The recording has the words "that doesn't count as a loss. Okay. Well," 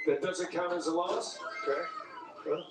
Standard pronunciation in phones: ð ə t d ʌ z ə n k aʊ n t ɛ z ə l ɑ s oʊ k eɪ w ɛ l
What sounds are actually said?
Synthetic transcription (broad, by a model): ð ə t d ʌ z ə n k aʊ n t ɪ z ə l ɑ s oʊ k eɪ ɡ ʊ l